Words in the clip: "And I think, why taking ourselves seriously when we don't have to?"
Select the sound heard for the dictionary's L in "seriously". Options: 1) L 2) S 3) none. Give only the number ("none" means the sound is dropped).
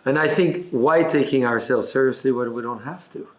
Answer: 1